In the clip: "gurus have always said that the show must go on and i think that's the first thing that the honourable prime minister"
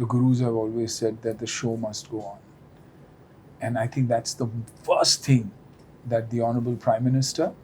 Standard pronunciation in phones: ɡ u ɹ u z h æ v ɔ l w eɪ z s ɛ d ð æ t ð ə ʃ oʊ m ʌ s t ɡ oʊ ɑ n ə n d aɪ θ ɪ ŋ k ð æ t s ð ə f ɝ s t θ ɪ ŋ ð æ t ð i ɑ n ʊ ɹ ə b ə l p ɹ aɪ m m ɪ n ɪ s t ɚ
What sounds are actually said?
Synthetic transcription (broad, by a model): ɡ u ɹ u z h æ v ɔ l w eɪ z s ɛ d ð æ t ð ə ʃ oʊ m ʌ s t ɡ oʊ ɑ n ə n aɪ t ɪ ŋ k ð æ t s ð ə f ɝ s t t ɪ ŋ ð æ t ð i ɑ n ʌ ɹ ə b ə l p ɹ aɪ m m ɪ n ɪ s t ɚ